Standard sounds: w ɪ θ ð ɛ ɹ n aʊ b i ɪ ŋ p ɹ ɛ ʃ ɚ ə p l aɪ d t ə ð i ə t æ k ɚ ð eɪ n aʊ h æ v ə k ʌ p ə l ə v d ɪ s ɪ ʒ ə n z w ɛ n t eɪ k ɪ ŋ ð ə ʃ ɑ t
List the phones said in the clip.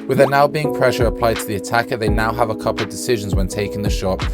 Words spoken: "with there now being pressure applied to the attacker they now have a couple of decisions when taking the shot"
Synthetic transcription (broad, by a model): w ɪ ð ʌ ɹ n aʊ b i ɪ ŋ p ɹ ɛ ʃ ɚ ə p l aɪ d t ə ð i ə t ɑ k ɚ ð eɪ n aʊ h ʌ v ə k ʌ p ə l ə v d ɪ s ɪ ʒ ə n z w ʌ n t eɪ k ɪ ŋ ð ə ʃ ɑ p